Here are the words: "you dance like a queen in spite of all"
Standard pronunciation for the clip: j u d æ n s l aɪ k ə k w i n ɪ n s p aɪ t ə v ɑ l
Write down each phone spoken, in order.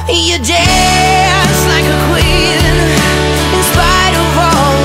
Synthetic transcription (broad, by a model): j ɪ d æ s l aɪ k ə k w i n ɪ n s p aɪ t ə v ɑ